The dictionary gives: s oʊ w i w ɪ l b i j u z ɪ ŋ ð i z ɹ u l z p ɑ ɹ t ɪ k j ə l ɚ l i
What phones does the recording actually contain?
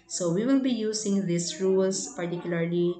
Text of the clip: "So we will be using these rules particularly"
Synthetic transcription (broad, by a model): s oʊ w i w ɪ l b i j u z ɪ ŋ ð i s ɹ u l s p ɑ ɹ t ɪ k j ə l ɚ l i